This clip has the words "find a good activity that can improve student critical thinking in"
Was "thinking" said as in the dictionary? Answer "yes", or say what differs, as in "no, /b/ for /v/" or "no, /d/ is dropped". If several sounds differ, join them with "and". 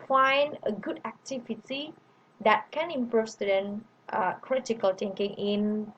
no, /t/ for /θ/